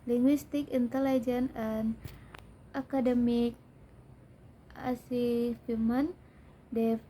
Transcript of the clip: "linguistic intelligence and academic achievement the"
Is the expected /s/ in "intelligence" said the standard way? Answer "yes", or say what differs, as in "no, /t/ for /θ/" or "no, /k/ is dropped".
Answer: no, /s/ is dropped